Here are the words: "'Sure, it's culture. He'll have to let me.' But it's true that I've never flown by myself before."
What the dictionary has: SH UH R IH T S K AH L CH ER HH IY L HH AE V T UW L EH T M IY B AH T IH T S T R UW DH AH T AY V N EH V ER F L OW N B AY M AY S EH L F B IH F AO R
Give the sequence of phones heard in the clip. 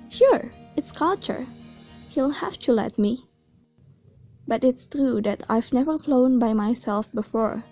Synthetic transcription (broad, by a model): SH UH R IH T S K AH L CH ER HH IY L HH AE F T UW L EH T M IY B AH T IH T S T R UW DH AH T AY V N EH V ER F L OW N B AY M AY S EH L F B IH F AO R